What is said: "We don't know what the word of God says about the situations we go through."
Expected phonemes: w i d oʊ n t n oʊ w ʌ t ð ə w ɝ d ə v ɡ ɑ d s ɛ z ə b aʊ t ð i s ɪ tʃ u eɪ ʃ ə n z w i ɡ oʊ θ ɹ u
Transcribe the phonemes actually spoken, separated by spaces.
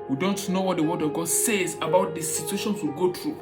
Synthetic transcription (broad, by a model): w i d oʊ n t n oʊ w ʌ t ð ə w ɝ d ə v ɡ ɑ d s ɛ z ə b aʊ t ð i s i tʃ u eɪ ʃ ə n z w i ɡ oʊ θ ɹ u